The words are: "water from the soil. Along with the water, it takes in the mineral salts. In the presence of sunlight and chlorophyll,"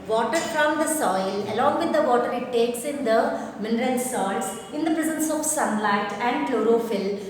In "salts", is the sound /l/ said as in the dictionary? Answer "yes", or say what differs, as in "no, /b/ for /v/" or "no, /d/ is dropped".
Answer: no, /l/ is dropped